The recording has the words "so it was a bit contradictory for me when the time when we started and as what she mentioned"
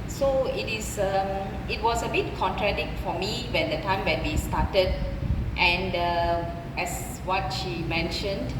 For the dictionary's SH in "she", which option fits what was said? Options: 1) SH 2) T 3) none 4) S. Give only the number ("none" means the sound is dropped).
1